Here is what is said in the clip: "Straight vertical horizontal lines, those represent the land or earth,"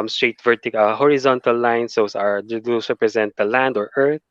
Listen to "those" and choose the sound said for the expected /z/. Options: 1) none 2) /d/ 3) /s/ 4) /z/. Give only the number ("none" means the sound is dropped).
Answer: 3